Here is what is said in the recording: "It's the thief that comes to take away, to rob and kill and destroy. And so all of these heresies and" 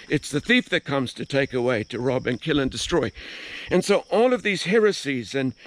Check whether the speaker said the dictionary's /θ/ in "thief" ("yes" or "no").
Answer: yes